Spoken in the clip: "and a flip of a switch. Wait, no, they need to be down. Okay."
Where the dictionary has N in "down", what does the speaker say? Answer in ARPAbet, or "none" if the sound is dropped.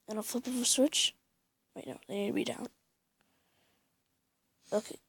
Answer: N